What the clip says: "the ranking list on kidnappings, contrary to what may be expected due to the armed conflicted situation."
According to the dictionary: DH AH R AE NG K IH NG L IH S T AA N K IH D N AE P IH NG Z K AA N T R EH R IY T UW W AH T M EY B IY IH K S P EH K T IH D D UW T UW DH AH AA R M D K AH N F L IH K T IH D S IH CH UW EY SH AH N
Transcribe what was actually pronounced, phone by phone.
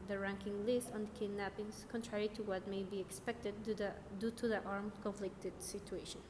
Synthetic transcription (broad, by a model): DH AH R AE NG K IH NG L IH S T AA N K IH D N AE P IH NG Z K AA N T R EH R IY T UW W AH T M EY B IY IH K S P EH K T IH D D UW T UW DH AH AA R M K AH N F L IH K T IH D S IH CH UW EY SH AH N